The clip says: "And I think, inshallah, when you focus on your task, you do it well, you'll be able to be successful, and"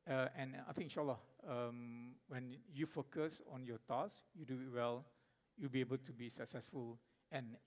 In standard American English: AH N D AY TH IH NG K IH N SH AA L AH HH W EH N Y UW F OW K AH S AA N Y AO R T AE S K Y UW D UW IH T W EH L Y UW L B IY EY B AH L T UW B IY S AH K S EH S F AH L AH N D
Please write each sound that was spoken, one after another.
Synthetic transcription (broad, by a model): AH N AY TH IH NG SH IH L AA AH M W EH N Y UW F OW K AH S AA N Y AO T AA S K Y UW D UW IH T W EH L Y UW L B IY EY B AH L T UW B IY S AH K S EH S F AH L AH N